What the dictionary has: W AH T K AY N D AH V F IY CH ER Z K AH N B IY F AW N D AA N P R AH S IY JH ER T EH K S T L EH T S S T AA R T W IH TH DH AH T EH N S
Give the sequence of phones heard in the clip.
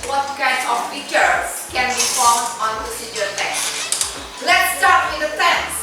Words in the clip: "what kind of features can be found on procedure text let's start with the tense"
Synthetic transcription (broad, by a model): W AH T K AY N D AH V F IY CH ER K AH N B IY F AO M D AA N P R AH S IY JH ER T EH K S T L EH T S S T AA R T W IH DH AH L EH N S